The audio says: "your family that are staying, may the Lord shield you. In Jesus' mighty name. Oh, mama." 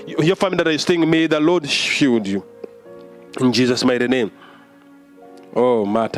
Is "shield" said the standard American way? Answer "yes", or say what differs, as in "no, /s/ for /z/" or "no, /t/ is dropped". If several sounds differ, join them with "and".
no, /l/ is dropped